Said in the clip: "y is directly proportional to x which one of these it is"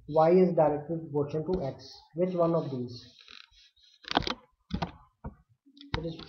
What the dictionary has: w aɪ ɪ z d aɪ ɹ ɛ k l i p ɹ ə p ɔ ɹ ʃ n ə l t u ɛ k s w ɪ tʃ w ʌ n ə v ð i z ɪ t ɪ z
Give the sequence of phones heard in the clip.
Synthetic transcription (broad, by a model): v aɪ ɪ z d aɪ ɹ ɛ k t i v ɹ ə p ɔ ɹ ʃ ə n t u ɛ k s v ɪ tʃ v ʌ n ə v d i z ɪ t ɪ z